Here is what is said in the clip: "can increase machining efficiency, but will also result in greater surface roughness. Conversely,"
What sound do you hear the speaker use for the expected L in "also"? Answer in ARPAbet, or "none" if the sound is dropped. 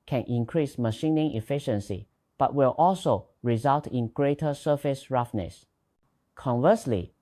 L